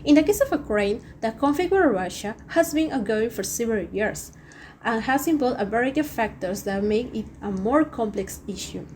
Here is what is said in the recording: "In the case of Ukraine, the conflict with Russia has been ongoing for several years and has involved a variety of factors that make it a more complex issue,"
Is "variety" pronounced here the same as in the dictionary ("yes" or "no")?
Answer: no